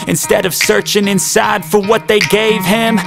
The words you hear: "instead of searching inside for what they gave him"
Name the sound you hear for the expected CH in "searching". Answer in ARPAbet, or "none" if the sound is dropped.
CH